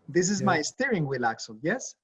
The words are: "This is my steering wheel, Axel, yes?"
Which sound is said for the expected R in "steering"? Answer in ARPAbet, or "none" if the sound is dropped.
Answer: R